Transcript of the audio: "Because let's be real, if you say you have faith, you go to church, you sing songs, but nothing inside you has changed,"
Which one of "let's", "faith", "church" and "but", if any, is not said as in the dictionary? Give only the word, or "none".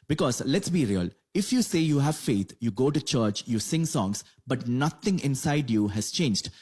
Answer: faith